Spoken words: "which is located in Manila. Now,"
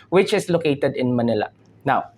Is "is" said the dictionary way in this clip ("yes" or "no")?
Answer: no